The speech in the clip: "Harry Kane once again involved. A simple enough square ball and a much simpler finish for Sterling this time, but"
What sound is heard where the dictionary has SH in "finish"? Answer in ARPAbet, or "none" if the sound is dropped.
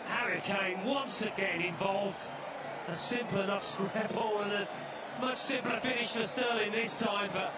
SH